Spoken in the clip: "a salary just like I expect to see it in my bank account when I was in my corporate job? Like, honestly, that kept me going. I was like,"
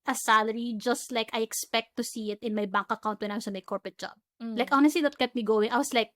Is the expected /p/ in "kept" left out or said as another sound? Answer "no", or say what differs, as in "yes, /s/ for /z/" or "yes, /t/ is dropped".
yes, /p/ is dropped